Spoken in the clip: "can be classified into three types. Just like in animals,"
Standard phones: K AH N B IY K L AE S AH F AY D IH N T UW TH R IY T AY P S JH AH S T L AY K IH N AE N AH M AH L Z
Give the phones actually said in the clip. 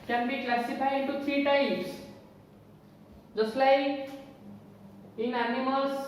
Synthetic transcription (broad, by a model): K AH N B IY K L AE S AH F AY IH N T UW T R IY T AY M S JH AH S L AY K IH N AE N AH M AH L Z